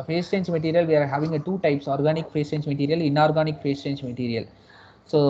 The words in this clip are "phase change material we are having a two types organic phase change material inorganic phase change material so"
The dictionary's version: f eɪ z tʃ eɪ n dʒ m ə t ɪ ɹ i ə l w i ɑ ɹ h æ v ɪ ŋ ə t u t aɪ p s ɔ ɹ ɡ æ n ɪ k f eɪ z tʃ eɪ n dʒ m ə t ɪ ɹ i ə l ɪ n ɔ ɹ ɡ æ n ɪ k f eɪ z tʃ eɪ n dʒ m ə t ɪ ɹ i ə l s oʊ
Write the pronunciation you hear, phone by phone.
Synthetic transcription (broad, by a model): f eɪ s tʃ eɪ n dʒ m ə t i ɹ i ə l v i ɑ ɹ h æ v ɪ ŋ ə t u t aɪ p s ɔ ɹ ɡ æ n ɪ k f eɪ s tʃ eɪ n dʒ m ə t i ɹ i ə l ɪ n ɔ ɹ ɡ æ n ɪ k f eɪ s tʃ eɪ n dʒ m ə t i ɹ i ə l s oʊ